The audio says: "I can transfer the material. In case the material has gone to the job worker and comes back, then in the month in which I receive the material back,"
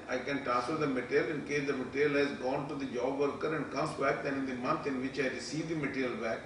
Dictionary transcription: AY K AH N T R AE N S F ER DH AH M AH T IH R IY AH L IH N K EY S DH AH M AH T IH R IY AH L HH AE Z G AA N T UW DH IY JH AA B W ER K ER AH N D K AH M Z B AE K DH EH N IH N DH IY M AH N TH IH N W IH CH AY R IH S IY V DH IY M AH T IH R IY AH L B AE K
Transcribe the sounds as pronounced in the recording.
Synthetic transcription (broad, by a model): AY K AH N T AE S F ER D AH M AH T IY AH L IH N K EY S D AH M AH T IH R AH L HH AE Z G AA N T UW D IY JH AA B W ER K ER AH N D K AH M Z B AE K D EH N IH N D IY M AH N T IH N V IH CH AY R IH S IY V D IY M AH T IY R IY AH L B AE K